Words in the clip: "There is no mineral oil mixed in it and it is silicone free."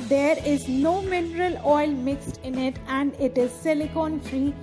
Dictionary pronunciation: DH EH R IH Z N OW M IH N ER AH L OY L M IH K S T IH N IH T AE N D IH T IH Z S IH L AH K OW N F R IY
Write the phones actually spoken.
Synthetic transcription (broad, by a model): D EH R IH Z N OW M IH N ER AH L OY L M IH K S T IH N IH T AE N D IH T IH Z S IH L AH K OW N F R IY